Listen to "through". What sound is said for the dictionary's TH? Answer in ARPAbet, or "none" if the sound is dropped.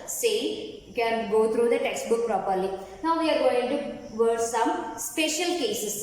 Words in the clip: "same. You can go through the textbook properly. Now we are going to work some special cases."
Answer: T